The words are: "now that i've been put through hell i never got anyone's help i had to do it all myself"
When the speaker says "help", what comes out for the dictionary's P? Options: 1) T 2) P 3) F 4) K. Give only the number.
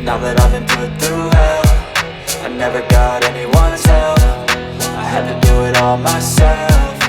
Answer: 3